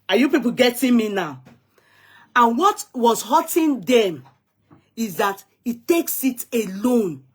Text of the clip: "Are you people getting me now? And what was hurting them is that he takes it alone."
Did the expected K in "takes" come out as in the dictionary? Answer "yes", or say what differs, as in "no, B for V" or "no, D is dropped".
yes